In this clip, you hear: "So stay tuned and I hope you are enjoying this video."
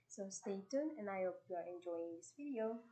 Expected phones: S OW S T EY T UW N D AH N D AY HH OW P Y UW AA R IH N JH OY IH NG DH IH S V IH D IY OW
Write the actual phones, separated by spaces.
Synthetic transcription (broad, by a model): S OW S T EY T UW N AH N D AY HH OW P Y UW AA R IH N JH OY IH NG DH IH S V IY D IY OW